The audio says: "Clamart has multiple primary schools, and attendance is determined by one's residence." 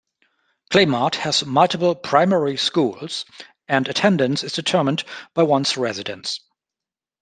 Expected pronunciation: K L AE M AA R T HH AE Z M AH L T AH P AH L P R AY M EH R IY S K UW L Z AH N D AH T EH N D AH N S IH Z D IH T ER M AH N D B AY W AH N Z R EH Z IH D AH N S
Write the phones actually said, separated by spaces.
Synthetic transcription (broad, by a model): K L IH M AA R T HH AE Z M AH L T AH B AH L P R AY M EH R IY S K UW L Z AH N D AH T EH N D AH N S IH Z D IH T ER M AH N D B AY W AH N S R EH Z IH D AH N S